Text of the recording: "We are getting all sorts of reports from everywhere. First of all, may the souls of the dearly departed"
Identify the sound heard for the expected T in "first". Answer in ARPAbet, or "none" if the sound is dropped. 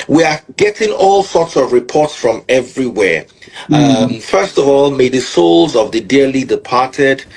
T